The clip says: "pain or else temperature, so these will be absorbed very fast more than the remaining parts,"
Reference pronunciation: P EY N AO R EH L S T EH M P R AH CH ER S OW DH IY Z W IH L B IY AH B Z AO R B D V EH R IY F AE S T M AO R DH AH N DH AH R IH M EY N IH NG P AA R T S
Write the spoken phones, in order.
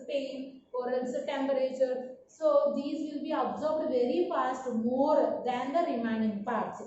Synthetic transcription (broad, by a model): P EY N AO R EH N S T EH M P R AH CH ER S OW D IY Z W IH L B IY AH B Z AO R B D V EH R IY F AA S T M AO R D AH N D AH R IH M EY N IH NG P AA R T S